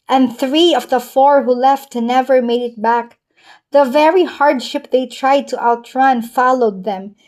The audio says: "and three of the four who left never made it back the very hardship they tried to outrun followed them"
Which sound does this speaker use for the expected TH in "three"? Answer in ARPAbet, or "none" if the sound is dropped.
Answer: TH